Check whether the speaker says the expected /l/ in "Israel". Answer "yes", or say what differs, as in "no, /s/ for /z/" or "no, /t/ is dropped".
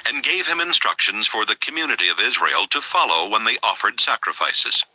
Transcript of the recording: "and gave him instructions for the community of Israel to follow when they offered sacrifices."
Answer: yes